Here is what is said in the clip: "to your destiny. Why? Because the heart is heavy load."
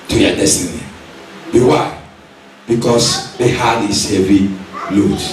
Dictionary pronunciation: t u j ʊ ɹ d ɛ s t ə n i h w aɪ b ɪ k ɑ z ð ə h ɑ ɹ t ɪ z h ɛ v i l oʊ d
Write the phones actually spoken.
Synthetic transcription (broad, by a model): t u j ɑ d ɛ s t ə n i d w aɪ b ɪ k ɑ s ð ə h ɑ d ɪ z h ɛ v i l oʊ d